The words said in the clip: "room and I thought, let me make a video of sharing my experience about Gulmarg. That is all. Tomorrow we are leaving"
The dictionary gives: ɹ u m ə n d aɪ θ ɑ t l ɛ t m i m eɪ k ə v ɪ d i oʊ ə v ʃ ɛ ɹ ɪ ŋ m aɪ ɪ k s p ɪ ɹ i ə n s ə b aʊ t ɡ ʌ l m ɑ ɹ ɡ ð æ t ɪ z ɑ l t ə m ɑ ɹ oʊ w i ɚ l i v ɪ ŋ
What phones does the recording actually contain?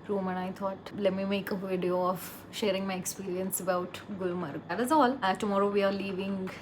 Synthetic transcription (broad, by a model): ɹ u m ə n aɪ t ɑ t l ɛ t m i m eɪ k ə v ɪ d i oʊ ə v ʃ ɛ ɹ ɪ ŋ m aɪ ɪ k s p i ɹ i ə n s ə b aʊ t ɡ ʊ l m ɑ ɹ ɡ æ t ɪ z ɑ l t ə m ɑ ɹ oʊ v i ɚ l i v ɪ ŋ